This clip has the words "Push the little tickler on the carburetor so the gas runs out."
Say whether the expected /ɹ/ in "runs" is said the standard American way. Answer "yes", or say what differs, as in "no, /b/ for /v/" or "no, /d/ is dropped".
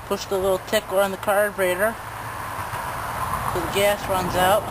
yes